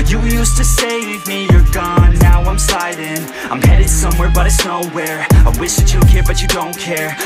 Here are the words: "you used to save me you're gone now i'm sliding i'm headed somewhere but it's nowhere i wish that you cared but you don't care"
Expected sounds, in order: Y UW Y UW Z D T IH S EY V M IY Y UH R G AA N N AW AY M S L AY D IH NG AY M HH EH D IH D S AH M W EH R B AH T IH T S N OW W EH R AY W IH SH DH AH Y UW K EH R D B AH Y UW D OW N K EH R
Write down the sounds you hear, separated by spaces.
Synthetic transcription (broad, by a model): Y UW Y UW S T IH S EY W M IY Y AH R G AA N N AW AY M S AY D IH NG AY M HH EH D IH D S AH M W EH R B AH T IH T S N OW W EH R AY W IH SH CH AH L K EH R B AH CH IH D OW N K EH R